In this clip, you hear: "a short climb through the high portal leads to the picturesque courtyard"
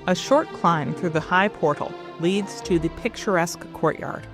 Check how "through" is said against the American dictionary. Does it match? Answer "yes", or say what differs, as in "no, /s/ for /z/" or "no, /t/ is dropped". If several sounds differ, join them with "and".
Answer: yes